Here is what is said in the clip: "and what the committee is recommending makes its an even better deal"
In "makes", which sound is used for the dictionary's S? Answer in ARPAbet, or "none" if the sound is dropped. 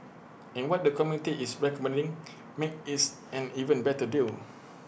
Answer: none